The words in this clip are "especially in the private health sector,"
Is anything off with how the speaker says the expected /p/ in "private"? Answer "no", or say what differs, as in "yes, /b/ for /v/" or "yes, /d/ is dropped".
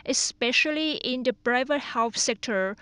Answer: yes, /b/ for /p/